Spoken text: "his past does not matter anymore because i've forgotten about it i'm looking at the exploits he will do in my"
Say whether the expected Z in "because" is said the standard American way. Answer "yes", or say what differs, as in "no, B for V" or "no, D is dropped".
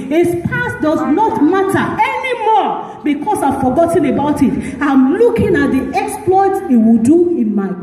no, S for Z